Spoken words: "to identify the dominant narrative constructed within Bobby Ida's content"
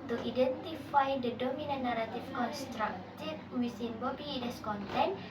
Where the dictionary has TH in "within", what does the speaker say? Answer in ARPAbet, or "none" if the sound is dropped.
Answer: S